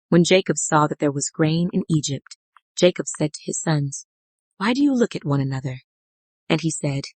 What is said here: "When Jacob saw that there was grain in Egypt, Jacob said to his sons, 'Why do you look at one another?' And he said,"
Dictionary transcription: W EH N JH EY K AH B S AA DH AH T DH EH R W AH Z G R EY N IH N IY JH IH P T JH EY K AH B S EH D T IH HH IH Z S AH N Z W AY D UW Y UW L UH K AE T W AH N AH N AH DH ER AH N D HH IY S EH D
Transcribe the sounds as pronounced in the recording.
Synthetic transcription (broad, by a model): W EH N JH EY K AH B S AA DH AH T DH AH R W AH Z G R EY N IH N IY JH IH P T JH EY K AH B S EH D T IH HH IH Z S AH N Z W AY D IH Y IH L UH K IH T W AH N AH N AH DH ER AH N IY S EH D